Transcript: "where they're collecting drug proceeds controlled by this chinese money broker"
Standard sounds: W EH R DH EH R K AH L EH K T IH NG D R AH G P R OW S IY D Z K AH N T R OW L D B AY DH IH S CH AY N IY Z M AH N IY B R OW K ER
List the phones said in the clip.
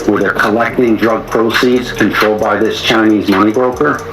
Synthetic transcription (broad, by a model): W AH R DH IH K AH L EH K T IH NG D R AH G P R OW S IY D Z K AH N T R OW L D B AY DH IH S CH AY N IY Z M AH N IY B R OW K ER